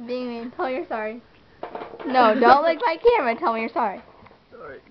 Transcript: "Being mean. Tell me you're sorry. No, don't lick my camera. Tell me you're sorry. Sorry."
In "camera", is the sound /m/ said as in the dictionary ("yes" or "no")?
no